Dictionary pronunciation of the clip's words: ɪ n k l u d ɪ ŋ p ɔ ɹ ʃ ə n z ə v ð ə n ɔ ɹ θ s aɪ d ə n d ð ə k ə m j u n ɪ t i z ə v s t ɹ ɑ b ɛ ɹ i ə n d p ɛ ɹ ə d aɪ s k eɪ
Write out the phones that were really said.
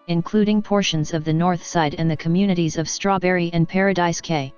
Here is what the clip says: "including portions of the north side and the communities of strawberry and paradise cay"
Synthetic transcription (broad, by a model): ɪ n k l u d ɪ ŋ p ɔ ɹ ʃ ə n z ə v ð ə n ɔ ɹ θ s aɪ d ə n ð ə k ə m j u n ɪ t i z ə v s t ɹ ɑ b ɛ ɹ i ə n p ɛ ɹ ə d aɪ s k eɪ